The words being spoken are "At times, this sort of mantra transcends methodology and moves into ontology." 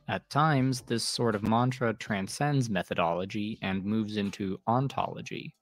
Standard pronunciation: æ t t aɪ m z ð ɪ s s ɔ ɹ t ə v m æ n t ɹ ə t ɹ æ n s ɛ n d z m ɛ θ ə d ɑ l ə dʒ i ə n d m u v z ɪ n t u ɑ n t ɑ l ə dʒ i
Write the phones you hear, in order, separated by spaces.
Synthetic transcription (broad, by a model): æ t t aɪ m z ð ɪ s s ɔ ɹ t ə v m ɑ n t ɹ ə t ɹ æ n s ɛ n d z m ɛ θ ə d ɑ l ə dʒ i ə n m u v z ɪ n t u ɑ n t ɑ l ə dʒ i